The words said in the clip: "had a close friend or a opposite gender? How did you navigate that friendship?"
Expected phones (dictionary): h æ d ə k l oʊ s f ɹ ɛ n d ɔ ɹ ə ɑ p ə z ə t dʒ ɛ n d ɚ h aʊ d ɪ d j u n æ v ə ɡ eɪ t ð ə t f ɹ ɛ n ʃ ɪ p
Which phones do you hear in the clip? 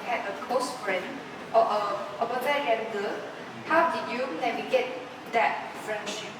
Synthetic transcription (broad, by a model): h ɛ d ə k oʊ s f ɹ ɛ n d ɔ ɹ ə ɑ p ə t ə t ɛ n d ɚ h aʊ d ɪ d j u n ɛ w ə ɡ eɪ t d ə t f ɹ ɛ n ʃ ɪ p